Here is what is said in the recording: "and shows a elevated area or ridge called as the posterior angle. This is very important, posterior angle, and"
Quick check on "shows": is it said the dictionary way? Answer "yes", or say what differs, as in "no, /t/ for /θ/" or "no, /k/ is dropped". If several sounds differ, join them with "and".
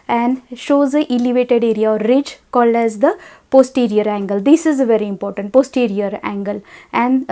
yes